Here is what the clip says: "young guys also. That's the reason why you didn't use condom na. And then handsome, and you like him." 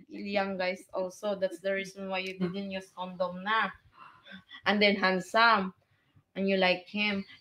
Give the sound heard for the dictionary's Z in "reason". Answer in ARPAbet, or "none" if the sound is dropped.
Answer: S